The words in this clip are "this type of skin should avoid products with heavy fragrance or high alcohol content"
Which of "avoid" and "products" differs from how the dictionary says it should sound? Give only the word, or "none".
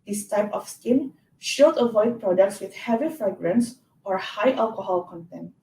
none